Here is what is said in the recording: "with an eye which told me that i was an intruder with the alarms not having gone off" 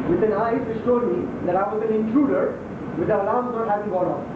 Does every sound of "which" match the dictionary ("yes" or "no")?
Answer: no